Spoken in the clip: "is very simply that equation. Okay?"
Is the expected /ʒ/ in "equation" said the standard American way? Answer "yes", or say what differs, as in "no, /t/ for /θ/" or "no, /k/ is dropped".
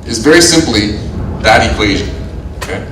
yes